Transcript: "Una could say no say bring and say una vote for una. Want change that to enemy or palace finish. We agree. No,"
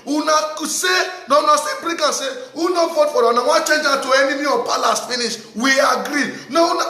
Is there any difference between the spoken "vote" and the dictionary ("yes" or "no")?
yes